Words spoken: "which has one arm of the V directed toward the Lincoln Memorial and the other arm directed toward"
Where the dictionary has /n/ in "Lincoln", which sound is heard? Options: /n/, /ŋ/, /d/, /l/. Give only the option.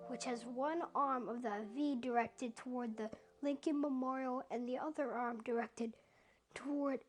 /n/